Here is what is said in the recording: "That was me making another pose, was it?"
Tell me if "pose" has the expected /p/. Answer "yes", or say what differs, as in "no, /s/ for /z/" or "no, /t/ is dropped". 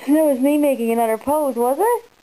yes